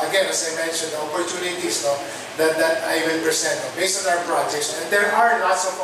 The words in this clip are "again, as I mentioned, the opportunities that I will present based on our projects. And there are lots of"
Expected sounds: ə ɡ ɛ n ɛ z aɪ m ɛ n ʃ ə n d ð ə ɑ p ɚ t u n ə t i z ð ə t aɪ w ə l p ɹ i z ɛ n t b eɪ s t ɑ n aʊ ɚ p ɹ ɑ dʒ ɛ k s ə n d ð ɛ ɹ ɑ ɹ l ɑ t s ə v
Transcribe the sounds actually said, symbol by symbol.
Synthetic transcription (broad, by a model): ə ɡ ɛ n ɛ s aɪ m ɛ n ʃ ə n d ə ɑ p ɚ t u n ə t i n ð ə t aɪ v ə n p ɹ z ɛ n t b eɪ s t ɑ n aʊ ɚ p ɹ ɑ dʒ ɛ k s ə n d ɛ ɹ ɑ ɹ n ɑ t s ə